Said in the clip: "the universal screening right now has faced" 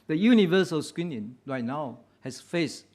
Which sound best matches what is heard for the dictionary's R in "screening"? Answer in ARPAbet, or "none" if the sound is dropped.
W